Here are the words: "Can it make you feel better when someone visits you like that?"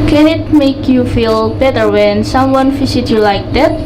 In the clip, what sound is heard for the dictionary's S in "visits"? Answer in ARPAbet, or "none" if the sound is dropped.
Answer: none